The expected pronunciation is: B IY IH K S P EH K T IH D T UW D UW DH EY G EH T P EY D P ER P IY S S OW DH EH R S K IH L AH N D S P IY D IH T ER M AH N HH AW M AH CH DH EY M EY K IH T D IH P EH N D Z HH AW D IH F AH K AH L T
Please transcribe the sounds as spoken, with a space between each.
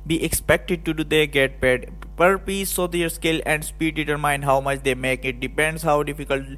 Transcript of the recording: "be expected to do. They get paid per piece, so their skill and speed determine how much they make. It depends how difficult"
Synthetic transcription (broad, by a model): B IY IH K S P EH K T IH D T UW D UW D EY G EH T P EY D P ER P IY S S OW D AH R S K IH L AH N D S P IY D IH T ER M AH N HH AW M AH CH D EY M EY K IH T D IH P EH N D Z HH AW D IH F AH K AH L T